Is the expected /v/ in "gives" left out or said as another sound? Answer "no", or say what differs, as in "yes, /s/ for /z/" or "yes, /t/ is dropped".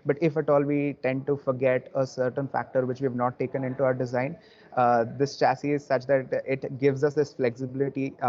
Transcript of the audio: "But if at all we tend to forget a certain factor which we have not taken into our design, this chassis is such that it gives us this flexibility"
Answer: no